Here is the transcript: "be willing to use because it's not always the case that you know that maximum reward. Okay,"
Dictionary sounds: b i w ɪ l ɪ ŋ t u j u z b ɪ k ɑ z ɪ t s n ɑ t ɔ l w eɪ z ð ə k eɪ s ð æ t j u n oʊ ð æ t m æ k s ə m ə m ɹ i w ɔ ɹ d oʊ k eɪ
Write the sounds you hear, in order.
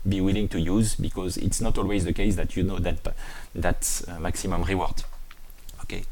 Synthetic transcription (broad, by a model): b i w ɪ l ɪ ŋ t u j u z b ɪ k ɑ z ɪ t s n ɑ t ɔ l w eɪ z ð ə k eɪ s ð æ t j u n oʊ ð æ t m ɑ k s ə m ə m ɹ i w ɔ ɹ d oʊ k eɪ